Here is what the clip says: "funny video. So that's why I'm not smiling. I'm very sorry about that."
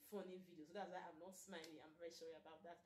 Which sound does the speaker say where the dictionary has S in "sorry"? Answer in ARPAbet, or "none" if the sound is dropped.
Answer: SH